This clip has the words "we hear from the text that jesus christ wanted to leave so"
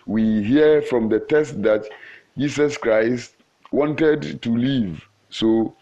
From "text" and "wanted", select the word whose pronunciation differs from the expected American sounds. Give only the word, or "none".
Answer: text